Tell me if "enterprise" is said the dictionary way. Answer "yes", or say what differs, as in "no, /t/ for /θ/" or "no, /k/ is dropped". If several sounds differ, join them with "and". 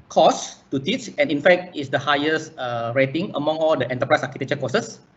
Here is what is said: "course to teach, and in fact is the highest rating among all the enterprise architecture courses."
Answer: no, /s/ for /z/